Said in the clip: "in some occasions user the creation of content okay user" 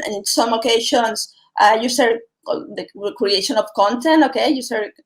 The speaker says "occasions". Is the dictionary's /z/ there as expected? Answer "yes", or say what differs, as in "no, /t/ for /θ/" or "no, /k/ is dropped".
no, /s/ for /z/